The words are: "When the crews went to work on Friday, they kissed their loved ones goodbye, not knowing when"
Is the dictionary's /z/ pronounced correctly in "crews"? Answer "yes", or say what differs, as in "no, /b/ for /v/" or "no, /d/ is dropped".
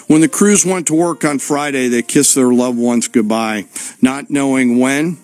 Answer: yes